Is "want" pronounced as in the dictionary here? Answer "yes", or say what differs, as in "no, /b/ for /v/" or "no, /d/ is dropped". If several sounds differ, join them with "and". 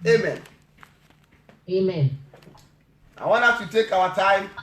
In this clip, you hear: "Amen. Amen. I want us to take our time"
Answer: no, /t/ is dropped